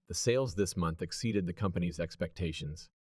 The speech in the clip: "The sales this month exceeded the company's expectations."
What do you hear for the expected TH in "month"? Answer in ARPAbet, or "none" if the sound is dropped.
TH